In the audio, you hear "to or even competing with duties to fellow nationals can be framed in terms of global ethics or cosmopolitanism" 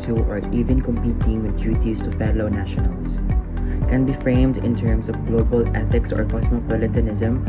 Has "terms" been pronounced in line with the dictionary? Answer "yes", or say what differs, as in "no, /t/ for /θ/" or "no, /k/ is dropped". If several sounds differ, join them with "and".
no, /s/ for /z/